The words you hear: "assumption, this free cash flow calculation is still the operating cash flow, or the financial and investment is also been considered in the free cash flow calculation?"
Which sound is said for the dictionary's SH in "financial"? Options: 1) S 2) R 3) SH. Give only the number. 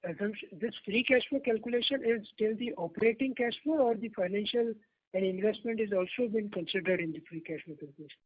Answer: 3